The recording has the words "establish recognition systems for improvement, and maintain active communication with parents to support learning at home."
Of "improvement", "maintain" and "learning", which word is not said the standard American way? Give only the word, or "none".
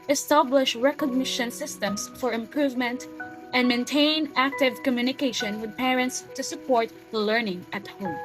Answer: none